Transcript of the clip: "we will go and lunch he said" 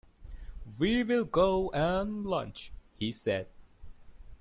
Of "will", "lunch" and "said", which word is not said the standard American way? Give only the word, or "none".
none